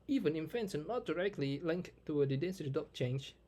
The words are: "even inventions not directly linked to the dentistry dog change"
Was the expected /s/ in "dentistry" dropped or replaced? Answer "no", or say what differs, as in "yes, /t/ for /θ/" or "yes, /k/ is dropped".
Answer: yes, /s/ is dropped